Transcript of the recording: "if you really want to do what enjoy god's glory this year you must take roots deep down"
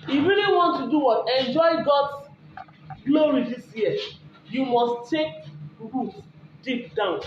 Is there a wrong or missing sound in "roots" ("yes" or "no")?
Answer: yes